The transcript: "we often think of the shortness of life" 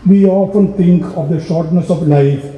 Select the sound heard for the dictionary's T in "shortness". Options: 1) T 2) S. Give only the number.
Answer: 1